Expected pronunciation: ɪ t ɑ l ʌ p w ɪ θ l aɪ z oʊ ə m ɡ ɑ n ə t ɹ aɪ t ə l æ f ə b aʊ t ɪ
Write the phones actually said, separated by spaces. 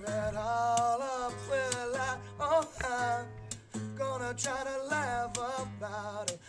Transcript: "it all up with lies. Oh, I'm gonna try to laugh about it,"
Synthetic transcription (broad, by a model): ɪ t ɑ l ʌ p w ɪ l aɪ oʊ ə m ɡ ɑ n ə t ɹ aɪ t ə l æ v ə b aʊ t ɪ